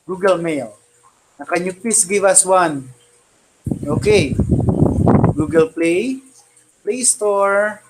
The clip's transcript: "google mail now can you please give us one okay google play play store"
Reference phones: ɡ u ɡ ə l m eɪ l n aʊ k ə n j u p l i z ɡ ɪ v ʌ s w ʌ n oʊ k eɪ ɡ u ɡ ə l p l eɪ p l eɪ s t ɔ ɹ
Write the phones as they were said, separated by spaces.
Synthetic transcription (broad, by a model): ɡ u ɡ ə l m eɪ l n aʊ k ə n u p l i s ɡ ɪ v ʌ s w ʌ n oʊ k eɪ ɡ u ɡ ə l p l eɪ p l eɪ s t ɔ ɹ